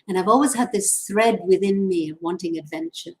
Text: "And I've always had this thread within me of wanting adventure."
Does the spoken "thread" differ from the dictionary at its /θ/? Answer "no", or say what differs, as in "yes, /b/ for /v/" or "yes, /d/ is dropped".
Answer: no